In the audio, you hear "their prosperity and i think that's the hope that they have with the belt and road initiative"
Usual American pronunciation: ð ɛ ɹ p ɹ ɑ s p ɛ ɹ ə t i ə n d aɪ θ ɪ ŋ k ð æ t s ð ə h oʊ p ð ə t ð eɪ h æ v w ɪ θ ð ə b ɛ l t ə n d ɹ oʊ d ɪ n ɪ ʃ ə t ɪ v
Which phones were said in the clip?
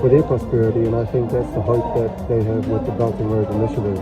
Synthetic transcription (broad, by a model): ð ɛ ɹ p ɹ ɑ s p ɛ ɹ ə t i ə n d aɪ θ ɪ ŋ k ð æ t s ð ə h oʊ p ð ə t ð eɪ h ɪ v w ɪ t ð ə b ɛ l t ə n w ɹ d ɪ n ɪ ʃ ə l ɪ